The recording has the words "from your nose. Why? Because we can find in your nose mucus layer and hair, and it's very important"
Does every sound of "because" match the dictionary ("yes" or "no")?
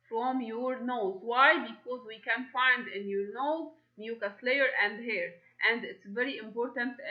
yes